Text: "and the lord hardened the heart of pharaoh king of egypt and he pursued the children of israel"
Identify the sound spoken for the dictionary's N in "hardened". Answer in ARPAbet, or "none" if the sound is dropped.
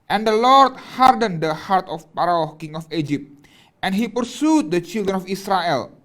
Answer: N